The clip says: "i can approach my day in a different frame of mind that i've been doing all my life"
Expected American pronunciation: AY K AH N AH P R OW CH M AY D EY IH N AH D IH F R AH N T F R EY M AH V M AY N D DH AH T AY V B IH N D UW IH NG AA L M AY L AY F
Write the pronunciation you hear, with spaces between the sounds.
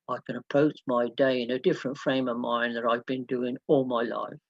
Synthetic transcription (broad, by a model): AY K AH N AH P OW S M AY D EY IH N AH D IH F R AH N T F R EY M AH V M AY N DH AH T AY V B IH N D UW IH NG AA L M AY L AY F